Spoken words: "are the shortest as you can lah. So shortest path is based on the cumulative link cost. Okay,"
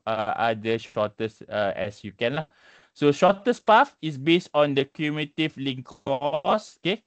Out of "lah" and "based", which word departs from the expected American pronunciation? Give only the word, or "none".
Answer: none